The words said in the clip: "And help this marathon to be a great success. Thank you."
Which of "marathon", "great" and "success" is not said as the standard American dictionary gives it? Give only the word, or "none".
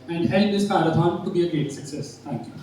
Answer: marathon